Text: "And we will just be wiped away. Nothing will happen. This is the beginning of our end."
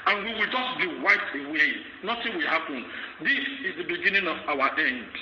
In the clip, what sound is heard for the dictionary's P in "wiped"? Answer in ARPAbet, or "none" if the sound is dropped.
none